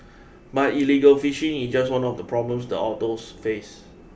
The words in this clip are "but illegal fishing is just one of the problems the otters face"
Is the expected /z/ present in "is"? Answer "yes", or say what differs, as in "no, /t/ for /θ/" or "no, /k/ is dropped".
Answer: no, /s/ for /z/